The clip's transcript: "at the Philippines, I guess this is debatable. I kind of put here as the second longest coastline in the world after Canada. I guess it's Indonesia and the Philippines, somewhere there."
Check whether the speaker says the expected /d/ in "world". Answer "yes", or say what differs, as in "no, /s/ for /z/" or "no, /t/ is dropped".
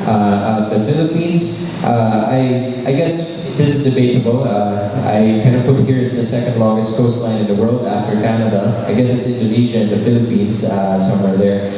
yes